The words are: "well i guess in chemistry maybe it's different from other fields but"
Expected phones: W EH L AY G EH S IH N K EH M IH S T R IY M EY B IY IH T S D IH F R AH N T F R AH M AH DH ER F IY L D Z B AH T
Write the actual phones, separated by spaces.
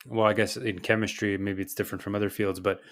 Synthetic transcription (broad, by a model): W EH L AY G EH S IH N K EH M IH S T R IY M EY B IY IH T S D IH F R AH N T F R AH M AH DH ER F IY L D Z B AH T